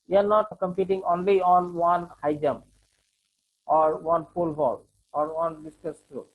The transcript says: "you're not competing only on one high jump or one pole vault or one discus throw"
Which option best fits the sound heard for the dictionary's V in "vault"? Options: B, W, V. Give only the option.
B